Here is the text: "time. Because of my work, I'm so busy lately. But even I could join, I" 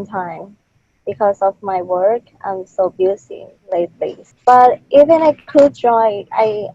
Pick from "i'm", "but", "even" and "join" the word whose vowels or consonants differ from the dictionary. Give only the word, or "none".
join